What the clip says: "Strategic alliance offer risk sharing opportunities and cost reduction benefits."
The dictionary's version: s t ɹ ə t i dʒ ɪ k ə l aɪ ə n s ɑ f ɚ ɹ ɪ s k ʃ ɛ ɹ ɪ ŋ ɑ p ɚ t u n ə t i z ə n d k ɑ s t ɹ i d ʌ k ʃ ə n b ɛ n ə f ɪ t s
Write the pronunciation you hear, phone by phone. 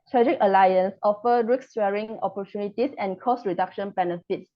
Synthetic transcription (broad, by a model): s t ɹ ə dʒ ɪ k ə l aɪ ə n s ɑ f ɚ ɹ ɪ k s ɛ ɹ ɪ ŋ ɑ p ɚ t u n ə t i s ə n k ɑ s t ɹ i d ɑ k ʃ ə n b ɛ n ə f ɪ t s